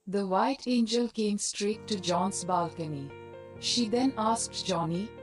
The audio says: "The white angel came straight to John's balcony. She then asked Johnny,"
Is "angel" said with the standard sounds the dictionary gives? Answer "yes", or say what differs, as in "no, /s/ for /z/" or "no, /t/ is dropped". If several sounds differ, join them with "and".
yes